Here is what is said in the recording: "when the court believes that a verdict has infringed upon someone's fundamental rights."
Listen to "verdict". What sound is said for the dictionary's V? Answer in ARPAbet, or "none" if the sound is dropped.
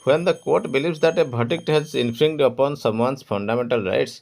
B